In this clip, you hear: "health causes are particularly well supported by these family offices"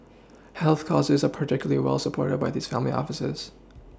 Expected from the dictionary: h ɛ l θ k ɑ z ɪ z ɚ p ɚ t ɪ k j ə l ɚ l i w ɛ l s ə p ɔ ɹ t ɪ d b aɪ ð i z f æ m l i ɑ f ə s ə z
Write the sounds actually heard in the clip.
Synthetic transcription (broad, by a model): h ɛ l θ k ɑ z ɪ z ɚ p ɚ t ɪ k j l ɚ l i w ɛ l s ə p ɔ ɹ t ɪ d b aɪ ð i z f æ m l i ɑ f ə s ə z